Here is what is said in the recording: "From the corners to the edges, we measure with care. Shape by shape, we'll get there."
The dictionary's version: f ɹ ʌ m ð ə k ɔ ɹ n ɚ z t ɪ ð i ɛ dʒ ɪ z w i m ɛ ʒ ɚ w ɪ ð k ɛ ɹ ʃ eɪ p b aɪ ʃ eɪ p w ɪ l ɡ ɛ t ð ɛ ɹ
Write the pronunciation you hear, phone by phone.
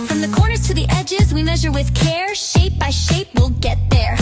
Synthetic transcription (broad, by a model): f ɹ ʌ m ð ə k ɔ ɹ n ɚ z t ɪ ð i ɛ dʒ ɪ z w i m ɛ ʒ ɚ w ɪ ð k ɛ ɹ ʃ eɪ p b aɪ ʃ eɪ p w ɪ l ɡ ɛ t ð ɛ ɹ